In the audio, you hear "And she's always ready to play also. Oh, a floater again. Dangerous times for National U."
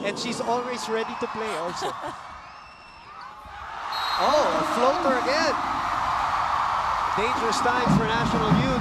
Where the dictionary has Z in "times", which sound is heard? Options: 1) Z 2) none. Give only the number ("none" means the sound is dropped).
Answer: 2